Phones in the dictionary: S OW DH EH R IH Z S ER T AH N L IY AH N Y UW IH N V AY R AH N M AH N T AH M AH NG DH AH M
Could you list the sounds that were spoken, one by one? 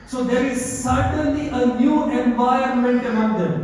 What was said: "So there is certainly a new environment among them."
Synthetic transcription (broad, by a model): S OW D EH R IH Z S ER T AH N L IY AH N Y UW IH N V AY AH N M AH N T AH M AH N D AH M